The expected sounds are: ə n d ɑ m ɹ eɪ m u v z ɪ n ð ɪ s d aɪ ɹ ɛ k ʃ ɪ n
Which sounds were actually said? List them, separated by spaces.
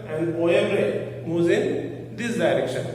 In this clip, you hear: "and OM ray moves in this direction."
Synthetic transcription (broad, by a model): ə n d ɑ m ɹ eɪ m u z ɪ n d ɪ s d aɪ ɹ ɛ k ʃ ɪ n